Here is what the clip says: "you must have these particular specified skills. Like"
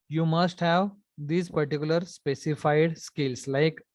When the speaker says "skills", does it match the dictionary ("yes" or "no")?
no